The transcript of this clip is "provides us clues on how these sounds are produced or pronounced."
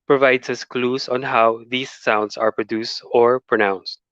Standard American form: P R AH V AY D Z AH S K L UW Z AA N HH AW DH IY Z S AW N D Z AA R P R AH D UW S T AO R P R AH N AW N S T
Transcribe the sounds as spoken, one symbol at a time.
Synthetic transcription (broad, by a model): P R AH V AY D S AH S K L UW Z AA N HH AW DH IY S AW N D S AA R P R AH D UW S T AO R P R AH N AW N S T